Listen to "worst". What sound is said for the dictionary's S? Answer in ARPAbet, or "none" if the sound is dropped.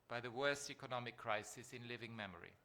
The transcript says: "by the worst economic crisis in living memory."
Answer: S